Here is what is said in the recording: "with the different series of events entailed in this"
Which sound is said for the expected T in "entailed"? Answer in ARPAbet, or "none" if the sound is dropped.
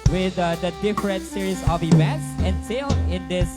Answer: S